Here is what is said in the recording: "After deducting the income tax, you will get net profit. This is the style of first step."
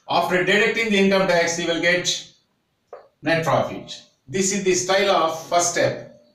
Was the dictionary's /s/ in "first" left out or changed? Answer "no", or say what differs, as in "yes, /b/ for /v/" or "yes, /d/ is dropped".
yes, /s/ is dropped